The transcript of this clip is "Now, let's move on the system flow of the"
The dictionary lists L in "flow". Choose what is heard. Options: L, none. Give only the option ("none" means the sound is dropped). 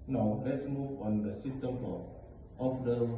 none